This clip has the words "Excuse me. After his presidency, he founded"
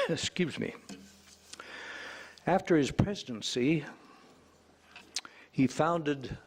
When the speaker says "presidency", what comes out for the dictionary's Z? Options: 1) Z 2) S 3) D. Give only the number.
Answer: 1